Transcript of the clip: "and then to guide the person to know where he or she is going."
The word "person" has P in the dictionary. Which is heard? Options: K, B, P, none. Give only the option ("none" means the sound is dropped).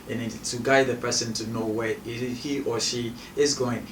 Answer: P